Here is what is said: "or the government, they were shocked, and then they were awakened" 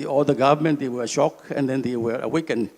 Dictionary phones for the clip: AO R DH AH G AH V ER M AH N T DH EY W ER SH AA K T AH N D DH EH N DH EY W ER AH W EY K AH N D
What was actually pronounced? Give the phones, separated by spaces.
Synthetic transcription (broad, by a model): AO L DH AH G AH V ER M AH N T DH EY W ER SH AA K AH N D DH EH N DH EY W ER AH W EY K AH N